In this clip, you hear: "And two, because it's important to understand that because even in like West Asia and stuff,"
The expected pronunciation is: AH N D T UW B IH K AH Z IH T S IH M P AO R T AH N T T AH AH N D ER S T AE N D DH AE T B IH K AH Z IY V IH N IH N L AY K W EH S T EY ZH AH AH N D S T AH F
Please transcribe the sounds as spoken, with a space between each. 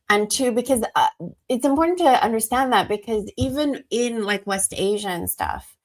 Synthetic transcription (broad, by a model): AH N T UW B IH K AH Z IH T S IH M P AO R T N T T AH AH N D ER S T AE N DH AE T B IH K AH Z IY V IH N IH N L AY K W EH S T EY ZH AH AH N S T AH F